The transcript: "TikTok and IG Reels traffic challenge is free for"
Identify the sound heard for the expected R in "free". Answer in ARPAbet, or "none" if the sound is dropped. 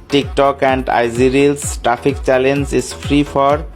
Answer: R